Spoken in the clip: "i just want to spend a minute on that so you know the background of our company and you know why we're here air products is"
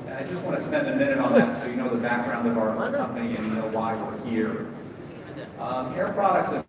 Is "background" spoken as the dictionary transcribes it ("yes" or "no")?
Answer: yes